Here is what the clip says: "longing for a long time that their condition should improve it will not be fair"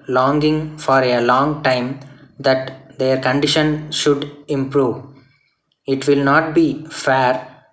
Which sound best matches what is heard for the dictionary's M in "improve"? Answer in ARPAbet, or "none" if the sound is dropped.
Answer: M